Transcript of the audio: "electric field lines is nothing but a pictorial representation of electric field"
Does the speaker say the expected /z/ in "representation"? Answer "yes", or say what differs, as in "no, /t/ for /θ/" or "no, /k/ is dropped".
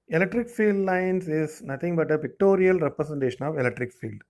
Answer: no, /s/ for /z/